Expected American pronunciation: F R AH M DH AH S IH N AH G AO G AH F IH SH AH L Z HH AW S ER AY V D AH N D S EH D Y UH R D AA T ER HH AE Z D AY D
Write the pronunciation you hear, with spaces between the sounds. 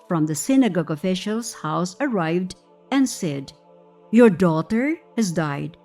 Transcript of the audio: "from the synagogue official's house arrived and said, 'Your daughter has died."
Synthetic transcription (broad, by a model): F R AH M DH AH S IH N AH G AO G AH F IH SH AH L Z HH AW S ER AY V D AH N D S EH D Y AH R D AA T ER HH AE Z D AY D